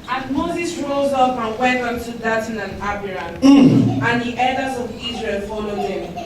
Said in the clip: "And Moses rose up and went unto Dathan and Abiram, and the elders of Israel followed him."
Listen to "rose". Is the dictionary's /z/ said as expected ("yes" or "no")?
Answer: yes